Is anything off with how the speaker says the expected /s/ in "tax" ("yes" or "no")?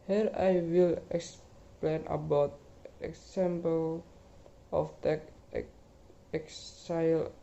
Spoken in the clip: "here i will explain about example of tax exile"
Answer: yes